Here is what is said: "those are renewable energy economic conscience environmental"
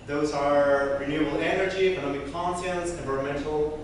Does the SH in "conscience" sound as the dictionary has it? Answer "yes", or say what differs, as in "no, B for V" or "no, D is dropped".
no, S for SH